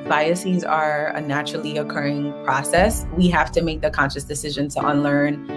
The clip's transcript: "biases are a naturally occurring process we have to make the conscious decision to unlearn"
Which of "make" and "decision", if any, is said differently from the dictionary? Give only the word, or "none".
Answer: none